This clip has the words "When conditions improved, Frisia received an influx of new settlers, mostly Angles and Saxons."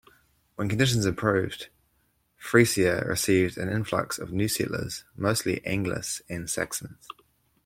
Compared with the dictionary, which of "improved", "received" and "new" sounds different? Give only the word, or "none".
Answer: improved